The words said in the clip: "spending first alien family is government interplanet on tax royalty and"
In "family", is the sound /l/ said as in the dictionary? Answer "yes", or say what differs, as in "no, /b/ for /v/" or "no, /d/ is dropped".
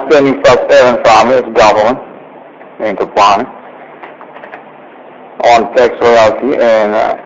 no, /l/ is dropped